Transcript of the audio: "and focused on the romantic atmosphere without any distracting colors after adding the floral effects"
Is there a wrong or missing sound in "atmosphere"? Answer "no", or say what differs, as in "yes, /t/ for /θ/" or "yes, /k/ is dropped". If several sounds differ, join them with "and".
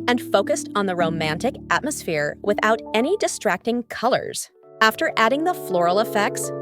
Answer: no